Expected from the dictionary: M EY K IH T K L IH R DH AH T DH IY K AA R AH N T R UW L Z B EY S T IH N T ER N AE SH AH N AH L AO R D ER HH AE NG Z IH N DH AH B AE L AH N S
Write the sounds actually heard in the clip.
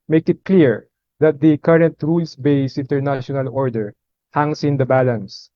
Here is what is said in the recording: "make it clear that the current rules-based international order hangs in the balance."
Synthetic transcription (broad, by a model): M EY K IH T K L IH R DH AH T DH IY K AA R AH N T R UW L S B EY S IH N T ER N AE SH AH N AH L AO R D ER HH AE NG S IH N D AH B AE L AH N S